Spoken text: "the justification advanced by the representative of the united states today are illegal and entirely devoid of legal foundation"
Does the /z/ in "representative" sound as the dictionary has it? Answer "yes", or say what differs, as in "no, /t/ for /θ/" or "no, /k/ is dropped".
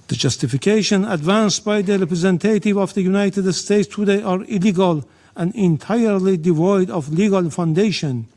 yes